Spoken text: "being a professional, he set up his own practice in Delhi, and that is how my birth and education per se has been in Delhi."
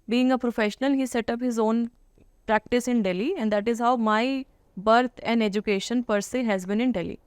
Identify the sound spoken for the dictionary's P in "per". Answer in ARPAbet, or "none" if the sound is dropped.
P